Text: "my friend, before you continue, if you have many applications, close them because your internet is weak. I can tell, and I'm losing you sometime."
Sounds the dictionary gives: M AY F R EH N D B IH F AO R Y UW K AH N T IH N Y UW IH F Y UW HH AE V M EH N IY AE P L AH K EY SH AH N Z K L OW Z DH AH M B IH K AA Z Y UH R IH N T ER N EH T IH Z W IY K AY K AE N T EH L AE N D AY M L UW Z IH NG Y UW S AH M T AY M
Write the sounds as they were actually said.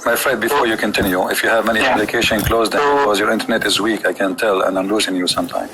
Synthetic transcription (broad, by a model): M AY F R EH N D B IH F AO R Y UW K AH N T IH N Y UW IH F Y UW HH AE V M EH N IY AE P L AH K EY SH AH N K L OW Z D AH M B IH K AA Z Y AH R IH N T ER N EH T IH Z W IY K AY K AE N T EH L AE N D AY M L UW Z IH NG Y UW S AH M T AY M